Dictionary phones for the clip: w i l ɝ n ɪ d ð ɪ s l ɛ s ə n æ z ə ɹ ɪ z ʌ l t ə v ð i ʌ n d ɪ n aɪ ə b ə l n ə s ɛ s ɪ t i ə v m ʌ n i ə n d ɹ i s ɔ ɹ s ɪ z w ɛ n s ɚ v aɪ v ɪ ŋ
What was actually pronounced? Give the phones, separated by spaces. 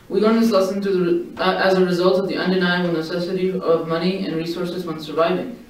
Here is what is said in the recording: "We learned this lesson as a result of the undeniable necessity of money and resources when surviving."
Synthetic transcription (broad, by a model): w i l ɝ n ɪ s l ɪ s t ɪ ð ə æ z ə ɹ ɪ z ʌ l t ə v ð i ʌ n d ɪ n aɪ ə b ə l n ə s ɛ s ɪ t i ə v m ʌ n i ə n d ɹ i s ɔ ɹ s ɪ z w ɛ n s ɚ v aɪ v ɪ ŋ